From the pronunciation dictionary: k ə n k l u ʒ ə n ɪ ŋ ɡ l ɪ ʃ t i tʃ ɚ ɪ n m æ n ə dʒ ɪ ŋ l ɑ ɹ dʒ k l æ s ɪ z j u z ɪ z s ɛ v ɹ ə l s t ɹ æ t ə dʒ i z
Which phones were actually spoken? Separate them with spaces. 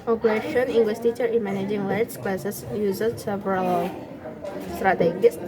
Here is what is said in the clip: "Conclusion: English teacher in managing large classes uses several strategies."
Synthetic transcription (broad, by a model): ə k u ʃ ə n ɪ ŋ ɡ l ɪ s t i tʃ ɚ ɪ n m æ n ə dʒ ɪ ŋ l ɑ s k l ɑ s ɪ s j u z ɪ s ɛ v ɹ ə l s t ɹ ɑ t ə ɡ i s